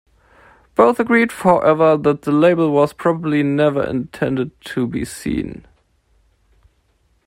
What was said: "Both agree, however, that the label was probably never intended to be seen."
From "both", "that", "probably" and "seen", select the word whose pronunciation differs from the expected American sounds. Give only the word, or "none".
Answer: none